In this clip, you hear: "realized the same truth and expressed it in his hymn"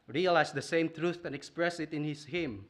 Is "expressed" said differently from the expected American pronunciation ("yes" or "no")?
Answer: yes